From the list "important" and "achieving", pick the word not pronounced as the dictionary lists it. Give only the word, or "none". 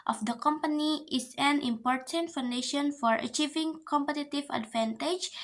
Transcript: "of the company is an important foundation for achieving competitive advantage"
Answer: none